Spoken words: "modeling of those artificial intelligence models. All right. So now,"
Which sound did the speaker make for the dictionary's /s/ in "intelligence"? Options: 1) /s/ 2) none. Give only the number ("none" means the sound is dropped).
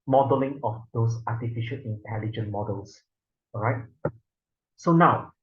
2